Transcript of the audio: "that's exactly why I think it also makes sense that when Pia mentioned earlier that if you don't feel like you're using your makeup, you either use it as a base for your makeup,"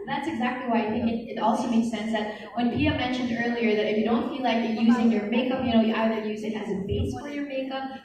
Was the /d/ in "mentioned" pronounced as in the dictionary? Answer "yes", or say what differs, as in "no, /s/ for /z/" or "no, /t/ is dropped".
yes